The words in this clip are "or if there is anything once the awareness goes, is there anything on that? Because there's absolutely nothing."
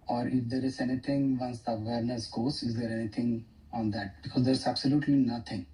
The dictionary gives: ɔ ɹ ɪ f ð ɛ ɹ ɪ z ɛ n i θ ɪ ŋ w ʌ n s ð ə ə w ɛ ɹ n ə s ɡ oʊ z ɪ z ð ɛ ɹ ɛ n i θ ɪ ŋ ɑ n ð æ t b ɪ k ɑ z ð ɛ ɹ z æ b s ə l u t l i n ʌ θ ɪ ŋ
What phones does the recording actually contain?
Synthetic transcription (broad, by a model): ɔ ɹ ɪ f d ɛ ɹ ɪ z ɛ n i t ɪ ŋ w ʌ n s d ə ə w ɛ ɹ n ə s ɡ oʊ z ɪ z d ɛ ɹ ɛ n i t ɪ ŋ ɑ n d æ t b ɪ k ɑ z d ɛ ɹ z æ b s ə l u t l i n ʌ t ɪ ŋ